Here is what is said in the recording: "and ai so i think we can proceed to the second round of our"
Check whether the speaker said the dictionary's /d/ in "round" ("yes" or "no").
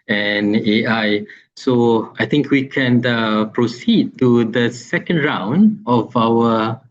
yes